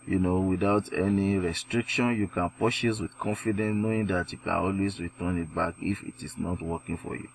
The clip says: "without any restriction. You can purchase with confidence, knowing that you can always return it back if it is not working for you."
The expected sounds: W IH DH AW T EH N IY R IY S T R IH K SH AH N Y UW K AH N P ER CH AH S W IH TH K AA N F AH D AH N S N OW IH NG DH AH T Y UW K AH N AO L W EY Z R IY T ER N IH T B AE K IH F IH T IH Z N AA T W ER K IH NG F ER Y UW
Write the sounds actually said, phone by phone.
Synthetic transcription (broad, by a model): W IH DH AW T EH N IY R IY S T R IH K SH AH N Y UW K AH N P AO SH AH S W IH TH K AA N F AH D AH N S N OW IH NG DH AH T Y UW K AH N AO L W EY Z R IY T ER N IH T B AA K IH F IH T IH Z N AA T W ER K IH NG F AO Y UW